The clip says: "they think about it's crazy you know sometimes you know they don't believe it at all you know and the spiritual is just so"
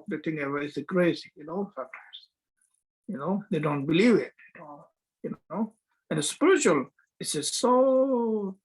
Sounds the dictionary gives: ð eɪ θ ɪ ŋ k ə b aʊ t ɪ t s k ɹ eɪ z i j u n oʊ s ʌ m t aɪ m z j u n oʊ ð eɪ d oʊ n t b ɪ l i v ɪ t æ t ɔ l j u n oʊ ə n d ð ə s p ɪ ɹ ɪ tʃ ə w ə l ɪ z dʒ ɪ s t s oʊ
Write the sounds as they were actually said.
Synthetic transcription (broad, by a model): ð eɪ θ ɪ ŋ ə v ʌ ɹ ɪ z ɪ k ɹ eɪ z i j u n oʊ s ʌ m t aɪ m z j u n oʊ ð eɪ d oʊ n t b ɪ l i v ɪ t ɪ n ɔ j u n oʊ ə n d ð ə s p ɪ ɹ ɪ tʃ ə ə l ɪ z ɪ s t s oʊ